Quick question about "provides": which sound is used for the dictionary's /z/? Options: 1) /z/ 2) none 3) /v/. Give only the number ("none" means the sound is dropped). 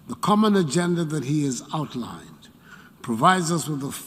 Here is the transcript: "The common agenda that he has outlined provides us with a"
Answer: 1